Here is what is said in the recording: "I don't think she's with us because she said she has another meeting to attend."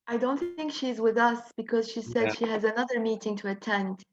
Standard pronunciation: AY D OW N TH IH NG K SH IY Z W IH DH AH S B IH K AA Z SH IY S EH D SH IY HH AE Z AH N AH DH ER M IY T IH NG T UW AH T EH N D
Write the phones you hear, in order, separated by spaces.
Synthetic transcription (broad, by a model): AY D OW N TH IH NG K SH IY Z W IH DH AH S B IH K AA Z SH IY S EH D SH IY HH AE Z AH N AH DH ER M IY T IH NG T UW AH T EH N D